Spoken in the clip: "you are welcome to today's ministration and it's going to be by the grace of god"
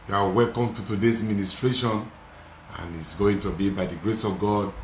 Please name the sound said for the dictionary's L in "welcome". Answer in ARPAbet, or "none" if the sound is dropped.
L